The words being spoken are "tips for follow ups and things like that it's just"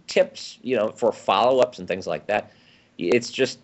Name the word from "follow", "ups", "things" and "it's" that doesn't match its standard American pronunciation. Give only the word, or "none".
none